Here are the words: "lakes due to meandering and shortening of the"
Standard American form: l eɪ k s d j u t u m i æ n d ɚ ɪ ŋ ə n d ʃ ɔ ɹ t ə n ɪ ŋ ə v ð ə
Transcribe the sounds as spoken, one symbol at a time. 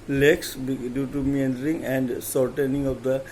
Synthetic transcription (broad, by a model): l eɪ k s d j u t u m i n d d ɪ ŋ ə n d s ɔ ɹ t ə n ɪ ŋ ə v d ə